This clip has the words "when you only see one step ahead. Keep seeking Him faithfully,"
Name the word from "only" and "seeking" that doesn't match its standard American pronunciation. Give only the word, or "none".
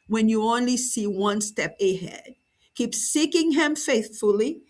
none